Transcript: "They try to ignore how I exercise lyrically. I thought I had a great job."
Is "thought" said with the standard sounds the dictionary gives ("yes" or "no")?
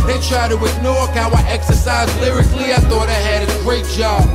yes